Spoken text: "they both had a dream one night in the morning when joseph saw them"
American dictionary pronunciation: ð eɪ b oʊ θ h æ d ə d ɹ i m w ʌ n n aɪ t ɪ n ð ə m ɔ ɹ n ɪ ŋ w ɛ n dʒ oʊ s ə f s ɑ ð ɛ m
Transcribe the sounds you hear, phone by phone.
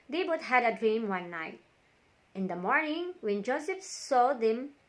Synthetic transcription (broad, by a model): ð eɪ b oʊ t h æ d ə d ɹ i m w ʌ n n aɪ t ɪ n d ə m ɔ ɹ n ɪ ŋ w ɛ n dʒ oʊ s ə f s ɑ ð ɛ m